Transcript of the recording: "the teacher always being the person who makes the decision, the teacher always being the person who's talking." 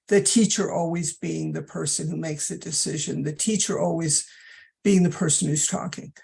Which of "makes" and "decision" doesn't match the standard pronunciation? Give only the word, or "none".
none